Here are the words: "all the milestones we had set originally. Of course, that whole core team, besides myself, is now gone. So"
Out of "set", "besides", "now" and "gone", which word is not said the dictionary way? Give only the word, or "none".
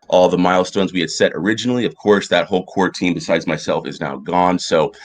none